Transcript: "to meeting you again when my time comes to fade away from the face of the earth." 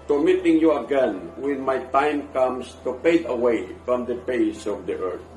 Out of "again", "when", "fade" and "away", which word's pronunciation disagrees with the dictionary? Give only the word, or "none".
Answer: fade